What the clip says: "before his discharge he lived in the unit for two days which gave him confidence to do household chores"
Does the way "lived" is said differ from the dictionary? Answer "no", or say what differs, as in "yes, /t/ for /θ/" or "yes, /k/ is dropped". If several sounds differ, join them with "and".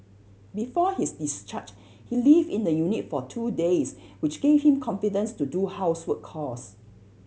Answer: yes, /d/ is dropped